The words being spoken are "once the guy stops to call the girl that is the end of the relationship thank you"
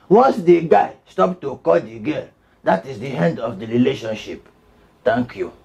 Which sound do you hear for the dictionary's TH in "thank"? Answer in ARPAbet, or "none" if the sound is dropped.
T